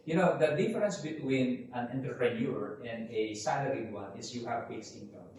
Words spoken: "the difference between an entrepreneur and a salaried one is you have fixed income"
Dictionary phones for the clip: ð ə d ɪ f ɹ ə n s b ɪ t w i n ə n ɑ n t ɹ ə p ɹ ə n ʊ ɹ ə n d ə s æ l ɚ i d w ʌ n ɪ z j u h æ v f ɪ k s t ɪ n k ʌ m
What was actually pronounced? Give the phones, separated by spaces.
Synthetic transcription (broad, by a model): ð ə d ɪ f ɹ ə n s b ɪ t w i n ə n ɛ n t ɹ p ɹ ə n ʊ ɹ ə n d ə s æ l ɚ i w ʌ n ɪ s j u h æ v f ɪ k s ɪ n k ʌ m